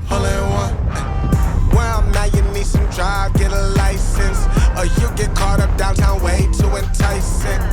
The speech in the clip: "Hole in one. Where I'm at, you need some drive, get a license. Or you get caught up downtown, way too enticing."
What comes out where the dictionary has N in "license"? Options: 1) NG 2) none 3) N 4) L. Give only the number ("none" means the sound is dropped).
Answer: 3